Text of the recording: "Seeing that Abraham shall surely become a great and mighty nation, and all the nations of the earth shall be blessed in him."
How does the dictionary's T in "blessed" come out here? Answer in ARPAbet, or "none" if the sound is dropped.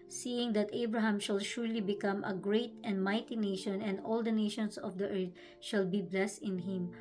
T